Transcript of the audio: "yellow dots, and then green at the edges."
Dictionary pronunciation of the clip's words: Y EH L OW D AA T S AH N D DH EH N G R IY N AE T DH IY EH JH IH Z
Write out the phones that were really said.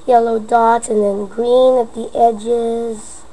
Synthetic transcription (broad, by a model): Y EH L OW D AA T AH N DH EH N G R IY N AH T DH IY EH JH IH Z